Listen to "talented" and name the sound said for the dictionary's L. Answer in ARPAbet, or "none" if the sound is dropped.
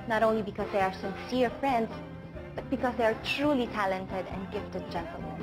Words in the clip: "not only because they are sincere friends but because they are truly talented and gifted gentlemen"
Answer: L